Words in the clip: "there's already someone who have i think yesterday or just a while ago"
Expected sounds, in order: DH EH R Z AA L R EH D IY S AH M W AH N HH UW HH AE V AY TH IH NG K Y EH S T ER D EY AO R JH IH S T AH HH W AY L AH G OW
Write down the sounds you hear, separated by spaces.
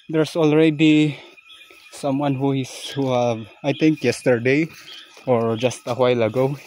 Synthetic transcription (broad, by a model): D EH R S AA L R EH D IY S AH M W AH N HH UW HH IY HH AY T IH NG K Y EH S T ER D EY AO R JH IH S T AH HH W AY L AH G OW